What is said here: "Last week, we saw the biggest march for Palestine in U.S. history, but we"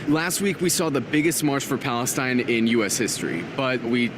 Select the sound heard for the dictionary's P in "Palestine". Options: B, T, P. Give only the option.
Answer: P